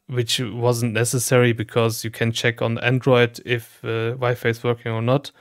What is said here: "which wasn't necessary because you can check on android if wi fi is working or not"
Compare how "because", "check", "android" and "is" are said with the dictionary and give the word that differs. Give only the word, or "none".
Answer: is